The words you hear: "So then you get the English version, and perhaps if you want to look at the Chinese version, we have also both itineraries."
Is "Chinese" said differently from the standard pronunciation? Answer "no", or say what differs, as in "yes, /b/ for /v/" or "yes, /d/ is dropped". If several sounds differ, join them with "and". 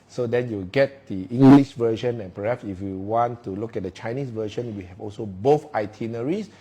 yes, /s/ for /z/